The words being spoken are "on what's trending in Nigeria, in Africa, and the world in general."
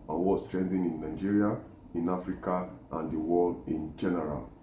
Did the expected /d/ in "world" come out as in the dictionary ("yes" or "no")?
no